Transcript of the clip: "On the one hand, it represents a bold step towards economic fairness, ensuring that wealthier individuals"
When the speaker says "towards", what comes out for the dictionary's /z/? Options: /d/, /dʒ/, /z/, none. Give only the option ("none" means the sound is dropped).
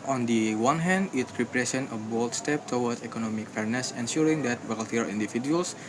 none